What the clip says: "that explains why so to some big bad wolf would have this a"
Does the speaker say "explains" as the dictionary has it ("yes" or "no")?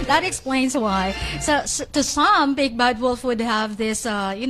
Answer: yes